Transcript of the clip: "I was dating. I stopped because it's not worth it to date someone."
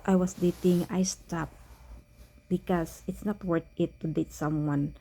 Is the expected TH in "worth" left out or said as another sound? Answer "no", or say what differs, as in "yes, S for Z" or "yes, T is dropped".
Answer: yes, T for TH